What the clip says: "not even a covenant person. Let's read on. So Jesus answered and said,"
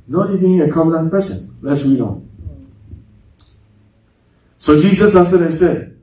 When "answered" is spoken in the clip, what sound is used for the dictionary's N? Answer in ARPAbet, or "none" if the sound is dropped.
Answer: none